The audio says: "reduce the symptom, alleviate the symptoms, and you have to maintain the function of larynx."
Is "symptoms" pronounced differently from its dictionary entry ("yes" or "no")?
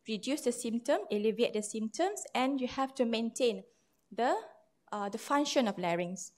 yes